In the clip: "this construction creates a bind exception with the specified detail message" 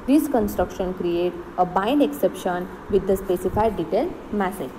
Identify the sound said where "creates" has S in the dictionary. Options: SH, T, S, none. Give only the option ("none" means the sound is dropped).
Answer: none